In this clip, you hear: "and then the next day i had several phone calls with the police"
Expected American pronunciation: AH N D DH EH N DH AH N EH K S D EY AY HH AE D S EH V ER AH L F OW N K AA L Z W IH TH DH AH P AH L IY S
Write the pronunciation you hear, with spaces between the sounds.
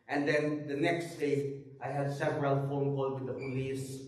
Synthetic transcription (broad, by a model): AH N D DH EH N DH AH N EH K S D EY AY HH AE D S EH V ER AH L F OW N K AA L W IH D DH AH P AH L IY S